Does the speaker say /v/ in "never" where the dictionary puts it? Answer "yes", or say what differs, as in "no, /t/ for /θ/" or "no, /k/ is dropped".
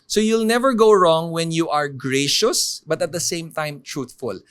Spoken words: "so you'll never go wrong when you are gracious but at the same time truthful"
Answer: yes